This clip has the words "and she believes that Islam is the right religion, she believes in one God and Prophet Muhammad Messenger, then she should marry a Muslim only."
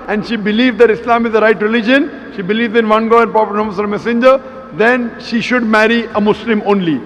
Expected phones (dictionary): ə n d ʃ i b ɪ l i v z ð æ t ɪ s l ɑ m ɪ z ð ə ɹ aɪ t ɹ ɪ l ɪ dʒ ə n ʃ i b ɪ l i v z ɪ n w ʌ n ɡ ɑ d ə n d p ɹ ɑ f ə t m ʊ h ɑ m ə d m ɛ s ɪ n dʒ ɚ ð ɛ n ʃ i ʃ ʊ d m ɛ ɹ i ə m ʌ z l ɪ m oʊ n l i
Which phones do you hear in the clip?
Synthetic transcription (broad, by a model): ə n d ʃ i b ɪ l i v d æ t ɪ s l ɑ m ɪ z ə ɹ aɪ t ɹ ɪ l ɪ dʒ ə n ʃ i b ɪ l i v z ɪ n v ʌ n ɡ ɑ ə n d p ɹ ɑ p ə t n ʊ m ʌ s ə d m ɛ s ɪ n dʒ ɚ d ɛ n ʃ i ʃ ʊ d m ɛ ɹ i ə m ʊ s l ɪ m oʊ n l i